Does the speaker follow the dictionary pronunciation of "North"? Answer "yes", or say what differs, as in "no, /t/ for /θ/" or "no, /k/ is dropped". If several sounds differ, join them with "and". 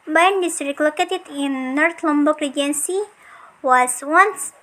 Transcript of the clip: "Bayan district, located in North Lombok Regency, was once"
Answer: no, /t/ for /θ/